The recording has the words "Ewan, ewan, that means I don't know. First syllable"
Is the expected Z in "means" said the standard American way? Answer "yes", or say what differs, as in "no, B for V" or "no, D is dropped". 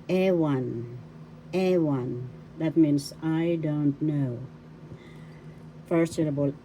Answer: no, S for Z